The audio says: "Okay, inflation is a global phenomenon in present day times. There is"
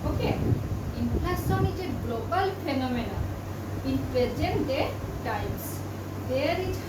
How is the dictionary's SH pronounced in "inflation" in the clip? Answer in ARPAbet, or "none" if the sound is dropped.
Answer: S